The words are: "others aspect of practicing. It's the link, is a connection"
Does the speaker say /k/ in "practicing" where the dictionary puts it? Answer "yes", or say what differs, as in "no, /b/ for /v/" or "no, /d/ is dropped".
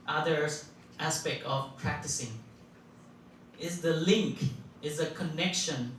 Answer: yes